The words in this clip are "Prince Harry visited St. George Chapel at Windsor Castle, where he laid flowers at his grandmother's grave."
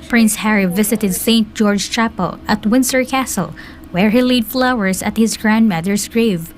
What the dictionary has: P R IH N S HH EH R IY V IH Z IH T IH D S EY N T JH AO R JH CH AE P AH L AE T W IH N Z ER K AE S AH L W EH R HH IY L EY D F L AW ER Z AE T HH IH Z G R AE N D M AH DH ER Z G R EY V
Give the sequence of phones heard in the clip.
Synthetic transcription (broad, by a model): P R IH N S HH EH R IY V IH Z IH T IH D S EY N T JH AO R JH CH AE P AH L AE T W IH N S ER K AE S AH L W EH R HH IY L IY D F L AW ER S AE T HH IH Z G R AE N D M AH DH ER S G R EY V